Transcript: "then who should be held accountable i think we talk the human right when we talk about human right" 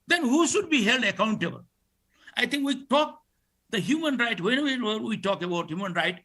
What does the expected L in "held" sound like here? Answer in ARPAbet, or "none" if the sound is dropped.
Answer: L